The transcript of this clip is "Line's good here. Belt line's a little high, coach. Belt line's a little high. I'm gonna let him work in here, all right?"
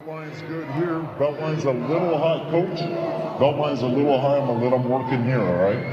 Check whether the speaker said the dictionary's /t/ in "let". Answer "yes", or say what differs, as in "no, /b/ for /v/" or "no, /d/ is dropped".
no, /t/ is dropped